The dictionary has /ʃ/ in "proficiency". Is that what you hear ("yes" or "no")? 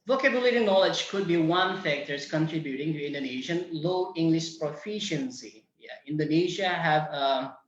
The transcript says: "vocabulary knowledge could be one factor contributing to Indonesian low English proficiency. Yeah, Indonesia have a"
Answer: yes